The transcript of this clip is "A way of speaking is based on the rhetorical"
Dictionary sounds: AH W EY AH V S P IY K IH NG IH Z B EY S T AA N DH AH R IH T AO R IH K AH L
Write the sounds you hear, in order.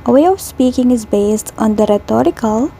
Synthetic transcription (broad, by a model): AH W EY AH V S P IY K IH NG IH Z B EY S T AA N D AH R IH T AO R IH K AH L